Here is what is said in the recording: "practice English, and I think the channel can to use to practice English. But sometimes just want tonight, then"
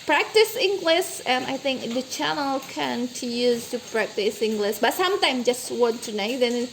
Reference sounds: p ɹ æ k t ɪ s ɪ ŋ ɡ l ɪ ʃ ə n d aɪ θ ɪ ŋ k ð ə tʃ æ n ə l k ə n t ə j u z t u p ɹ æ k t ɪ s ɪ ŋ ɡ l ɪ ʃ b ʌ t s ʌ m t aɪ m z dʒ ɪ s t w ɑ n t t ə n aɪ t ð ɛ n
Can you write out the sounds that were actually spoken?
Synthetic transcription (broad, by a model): p ɹ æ k t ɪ s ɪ ŋ ɡ l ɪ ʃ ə n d aɪ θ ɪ ŋ k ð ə tʃ æ n ə l k ə n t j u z t u p ɹ æ k t ɪ s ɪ ŋ ɡ l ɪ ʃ b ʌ t s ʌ m t aɪ m dʒ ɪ s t w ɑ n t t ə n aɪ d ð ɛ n